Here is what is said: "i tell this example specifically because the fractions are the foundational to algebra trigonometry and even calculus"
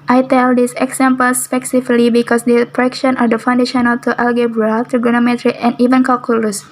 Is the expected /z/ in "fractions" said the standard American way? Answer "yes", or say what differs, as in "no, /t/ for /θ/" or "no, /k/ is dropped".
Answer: no, /z/ is dropped